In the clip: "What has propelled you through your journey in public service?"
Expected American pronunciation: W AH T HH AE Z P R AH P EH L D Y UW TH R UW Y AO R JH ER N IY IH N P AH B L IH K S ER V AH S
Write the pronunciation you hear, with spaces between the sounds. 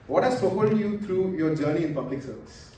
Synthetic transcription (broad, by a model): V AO T HH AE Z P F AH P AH D Y UW T R UW Y AO R JH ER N IY IH N P AH B L IH K S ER V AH S